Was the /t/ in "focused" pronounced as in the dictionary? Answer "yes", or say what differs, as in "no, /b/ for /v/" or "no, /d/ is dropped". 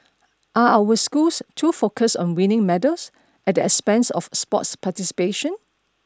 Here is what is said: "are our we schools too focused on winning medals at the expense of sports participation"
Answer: no, /t/ is dropped